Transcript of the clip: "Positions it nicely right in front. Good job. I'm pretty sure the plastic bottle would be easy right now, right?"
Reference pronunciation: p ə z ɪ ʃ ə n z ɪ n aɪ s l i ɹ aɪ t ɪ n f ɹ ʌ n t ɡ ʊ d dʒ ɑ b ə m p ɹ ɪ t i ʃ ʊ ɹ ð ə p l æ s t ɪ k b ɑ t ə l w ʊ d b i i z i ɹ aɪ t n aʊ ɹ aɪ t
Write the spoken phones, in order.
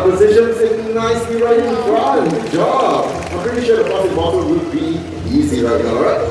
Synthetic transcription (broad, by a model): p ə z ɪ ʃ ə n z ɪ n aɪ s i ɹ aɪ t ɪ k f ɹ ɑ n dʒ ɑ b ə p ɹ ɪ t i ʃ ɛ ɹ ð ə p ɔ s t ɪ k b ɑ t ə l w ʊ d b i i z i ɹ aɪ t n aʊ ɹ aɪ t